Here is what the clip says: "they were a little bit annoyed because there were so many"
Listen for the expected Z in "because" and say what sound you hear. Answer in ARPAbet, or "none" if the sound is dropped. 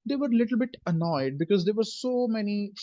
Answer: Z